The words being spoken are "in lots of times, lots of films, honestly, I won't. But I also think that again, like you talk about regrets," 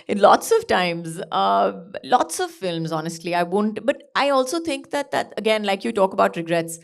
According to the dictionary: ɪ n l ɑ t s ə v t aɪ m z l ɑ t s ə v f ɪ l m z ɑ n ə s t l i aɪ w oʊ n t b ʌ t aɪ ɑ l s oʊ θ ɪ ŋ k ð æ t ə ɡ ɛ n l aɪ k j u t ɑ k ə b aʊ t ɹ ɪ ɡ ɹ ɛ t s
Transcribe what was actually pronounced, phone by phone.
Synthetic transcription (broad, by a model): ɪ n l ɑ t s ə v t aɪ m z l ɑ t s ə v f ɪ l m z ɑ n ə s t l i aɪ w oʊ n t b ʌ t aɪ ɑ l s oʊ t ɪ ŋ k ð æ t ə ɡ ɛ n l aɪ k j u t ɑ k ə b aʊ t ɹ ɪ ɡ ɹ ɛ t s